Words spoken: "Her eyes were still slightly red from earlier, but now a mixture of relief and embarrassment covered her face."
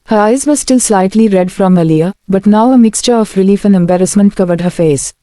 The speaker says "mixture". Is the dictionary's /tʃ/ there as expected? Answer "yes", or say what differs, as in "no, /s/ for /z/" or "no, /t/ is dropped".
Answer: yes